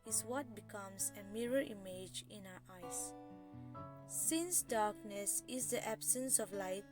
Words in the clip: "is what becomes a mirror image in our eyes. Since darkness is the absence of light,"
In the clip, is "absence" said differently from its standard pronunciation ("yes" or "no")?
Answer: no